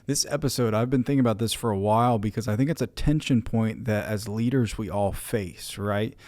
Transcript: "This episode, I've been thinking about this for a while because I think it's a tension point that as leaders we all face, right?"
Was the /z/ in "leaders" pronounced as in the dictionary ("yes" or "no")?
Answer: yes